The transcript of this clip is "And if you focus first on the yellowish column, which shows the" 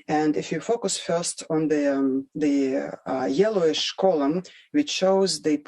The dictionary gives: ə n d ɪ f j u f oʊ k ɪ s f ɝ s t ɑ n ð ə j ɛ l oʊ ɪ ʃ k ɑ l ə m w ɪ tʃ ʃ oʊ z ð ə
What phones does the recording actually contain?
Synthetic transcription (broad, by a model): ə n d ɪ f j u f oʊ k ɪ s f ɝ s t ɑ n ð ə j ɛ l oʊ ɪ ʃ k ɑ l ə m w ɪ tʃ ʃ oʊ z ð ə